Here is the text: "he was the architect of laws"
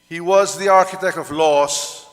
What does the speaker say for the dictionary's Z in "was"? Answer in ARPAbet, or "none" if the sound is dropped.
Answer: Z